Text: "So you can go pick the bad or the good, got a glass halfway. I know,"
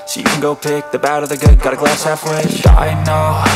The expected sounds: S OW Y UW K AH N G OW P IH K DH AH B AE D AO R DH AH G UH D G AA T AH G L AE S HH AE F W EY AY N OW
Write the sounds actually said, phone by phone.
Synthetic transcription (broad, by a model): S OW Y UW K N G OW P IH K DH AH B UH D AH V DH AH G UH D G AA T AH G L AE S HH AE F W EY AY N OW